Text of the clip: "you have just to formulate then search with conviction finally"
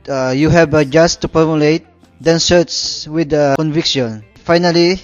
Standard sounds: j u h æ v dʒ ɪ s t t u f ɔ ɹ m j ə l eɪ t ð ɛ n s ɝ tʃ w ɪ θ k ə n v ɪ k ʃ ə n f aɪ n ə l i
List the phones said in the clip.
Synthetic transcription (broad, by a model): j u h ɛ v dʒ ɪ s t t u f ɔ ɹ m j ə l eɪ t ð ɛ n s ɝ s w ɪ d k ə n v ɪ k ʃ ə n f aɪ n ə l i